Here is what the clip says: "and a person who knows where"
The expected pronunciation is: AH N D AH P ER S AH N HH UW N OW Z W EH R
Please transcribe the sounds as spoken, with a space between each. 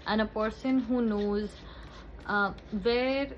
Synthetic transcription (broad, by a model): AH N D AH P ER S AH N HH UW N OW Z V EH R